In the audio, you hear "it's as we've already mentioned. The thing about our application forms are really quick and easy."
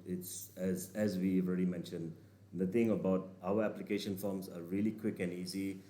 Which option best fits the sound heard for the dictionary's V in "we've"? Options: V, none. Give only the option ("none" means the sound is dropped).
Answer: none